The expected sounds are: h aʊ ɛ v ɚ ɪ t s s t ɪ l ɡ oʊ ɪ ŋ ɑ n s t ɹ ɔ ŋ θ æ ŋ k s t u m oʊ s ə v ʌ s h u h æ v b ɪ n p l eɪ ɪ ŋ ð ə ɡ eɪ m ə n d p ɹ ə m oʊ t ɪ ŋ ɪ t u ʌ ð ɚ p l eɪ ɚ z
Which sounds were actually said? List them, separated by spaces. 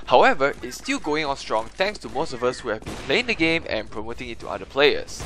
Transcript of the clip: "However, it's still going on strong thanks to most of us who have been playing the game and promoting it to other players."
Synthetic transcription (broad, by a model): h aʊ ɛ v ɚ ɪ t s s t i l ɡ oʊ ɪ ŋ ɑ n s t ɹ ɔ ŋ t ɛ ŋ k s t u m oʊ s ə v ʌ s h u h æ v b ɪ n p l eɪ ɪ ŋ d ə ɡ eɪ m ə n p ɹ ə m oʊ t ɪ ŋ ɪ t u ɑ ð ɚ p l eɪ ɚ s